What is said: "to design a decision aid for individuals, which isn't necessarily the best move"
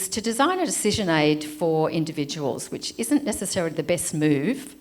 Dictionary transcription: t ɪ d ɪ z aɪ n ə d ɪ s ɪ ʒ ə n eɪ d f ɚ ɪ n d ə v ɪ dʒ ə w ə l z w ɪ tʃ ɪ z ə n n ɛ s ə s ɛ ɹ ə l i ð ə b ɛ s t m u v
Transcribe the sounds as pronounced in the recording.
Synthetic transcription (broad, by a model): t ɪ d ɪ z aɪ n ə d ɪ s ɪ ʒ ə n eɪ d f ɚ ɪ n d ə v ɪ dʒ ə w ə l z w ɪ tʃ ɪ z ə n n ɛ s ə s ɛ ɹ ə l i ð ə b ɛ s t m u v